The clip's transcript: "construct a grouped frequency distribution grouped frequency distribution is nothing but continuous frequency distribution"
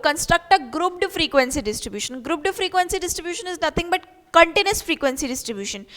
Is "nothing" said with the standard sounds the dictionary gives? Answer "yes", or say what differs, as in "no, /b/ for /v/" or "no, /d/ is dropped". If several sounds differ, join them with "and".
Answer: no, /t/ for /θ/